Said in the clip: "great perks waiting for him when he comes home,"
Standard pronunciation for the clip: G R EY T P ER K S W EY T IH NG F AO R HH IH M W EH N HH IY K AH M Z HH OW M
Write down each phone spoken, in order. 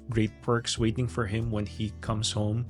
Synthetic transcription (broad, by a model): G R EY T P ER K S W EY T IH NG F AO R HH IH M W EH N HH IY K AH M S HH OW M